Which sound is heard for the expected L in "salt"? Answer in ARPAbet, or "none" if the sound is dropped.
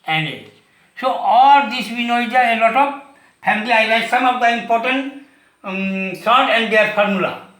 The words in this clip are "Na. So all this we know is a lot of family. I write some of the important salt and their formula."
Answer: none